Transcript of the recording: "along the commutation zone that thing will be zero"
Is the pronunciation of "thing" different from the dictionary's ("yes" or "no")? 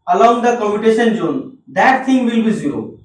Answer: yes